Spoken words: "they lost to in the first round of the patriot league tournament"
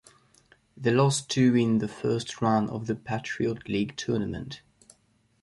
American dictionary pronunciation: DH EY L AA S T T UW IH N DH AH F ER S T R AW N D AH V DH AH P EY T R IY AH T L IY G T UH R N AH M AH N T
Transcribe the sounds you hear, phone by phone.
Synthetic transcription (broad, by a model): DH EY L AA S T T UW IH N DH AH F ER S T R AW N AH V DH AH P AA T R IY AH T L IY G T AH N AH M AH N T